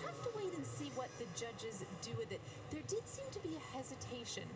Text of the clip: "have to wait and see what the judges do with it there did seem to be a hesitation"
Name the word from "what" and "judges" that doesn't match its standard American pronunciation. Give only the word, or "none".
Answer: none